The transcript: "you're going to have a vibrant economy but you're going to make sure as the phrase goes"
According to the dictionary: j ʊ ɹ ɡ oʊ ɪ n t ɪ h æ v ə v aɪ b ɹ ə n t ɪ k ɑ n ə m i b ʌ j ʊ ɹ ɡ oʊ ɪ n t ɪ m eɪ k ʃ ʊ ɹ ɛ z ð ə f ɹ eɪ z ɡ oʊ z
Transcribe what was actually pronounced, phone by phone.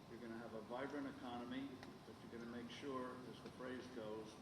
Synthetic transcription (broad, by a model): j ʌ ɹ ɡ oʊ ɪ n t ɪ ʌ v ə v aɪ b ɹ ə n ɪ k ɑ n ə m i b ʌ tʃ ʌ ɹ ɡ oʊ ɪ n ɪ m eɪ k ʃ ʊ ɹ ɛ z ð ə f ɹ eɪ z ɡ oʊ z